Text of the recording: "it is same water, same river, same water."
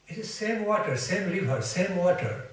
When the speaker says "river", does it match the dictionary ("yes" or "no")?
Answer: no